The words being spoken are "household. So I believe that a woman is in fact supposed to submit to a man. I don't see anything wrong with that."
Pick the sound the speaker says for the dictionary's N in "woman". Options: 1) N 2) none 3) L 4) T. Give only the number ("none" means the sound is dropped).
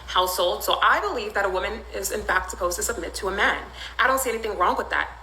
1